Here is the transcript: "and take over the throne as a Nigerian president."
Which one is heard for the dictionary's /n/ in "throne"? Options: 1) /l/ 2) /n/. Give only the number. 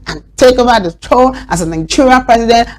1